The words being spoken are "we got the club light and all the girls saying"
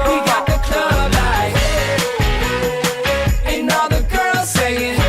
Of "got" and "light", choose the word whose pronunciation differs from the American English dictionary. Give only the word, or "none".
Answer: light